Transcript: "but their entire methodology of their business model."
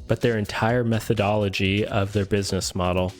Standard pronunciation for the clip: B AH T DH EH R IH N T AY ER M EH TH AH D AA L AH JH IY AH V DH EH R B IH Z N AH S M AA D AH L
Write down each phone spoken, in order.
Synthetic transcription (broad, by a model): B AH T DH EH R IH N T AY ER M EH TH AH D AA L AH JH IY AH V DH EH R B IH Z N AH S M AA D L